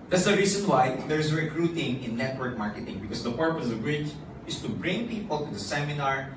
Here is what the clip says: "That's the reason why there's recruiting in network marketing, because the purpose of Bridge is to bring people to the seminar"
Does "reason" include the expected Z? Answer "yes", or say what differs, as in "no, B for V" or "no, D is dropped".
no, S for Z